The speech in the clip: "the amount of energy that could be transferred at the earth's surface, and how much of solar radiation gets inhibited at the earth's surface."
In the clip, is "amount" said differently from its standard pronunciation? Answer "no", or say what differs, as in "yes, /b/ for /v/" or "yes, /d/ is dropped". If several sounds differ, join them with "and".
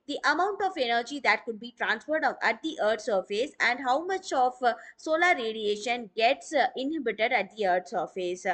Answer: no